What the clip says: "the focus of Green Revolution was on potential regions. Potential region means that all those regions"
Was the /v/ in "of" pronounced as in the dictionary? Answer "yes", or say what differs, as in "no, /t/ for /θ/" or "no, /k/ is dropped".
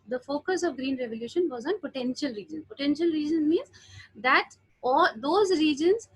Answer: yes